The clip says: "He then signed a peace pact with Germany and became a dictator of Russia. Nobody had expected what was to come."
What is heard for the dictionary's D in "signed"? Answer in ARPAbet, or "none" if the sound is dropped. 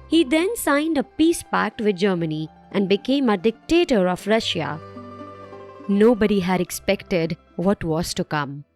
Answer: D